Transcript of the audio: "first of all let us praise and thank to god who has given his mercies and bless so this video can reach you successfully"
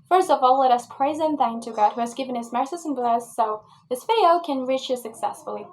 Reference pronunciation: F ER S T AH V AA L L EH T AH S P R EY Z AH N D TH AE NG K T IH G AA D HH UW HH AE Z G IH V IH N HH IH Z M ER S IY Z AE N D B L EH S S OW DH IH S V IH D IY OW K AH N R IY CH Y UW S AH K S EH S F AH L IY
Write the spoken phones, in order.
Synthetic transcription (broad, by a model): F ER S T AH V AA L L EH T AH S P R EY Z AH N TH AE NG T IH G AA D HH UW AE Z G IH V IH N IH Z M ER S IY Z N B L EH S S OW DH IH S F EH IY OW K AH N R IY CH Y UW S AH K S EH S F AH L IY